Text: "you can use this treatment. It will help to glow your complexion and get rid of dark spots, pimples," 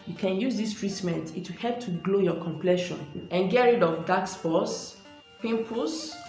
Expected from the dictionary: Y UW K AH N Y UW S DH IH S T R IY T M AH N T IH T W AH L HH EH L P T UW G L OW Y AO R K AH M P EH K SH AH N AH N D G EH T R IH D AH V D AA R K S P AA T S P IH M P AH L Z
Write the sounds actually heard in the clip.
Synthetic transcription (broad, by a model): Y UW K AH N Y UW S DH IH S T R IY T M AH N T IH T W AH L HH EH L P T UW G L OW Y AO K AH M P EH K SH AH N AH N G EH R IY D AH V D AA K S F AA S P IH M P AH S